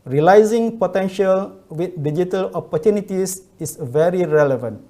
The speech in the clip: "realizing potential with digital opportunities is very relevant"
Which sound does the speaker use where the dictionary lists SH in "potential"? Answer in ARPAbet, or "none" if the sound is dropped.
SH